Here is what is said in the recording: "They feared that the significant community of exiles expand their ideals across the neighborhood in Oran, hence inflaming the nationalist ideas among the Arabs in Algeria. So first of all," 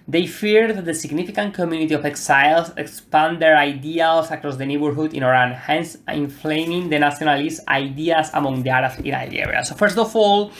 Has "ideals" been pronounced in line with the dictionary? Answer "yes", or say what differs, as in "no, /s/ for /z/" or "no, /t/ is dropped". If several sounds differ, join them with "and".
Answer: no, /s/ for /z/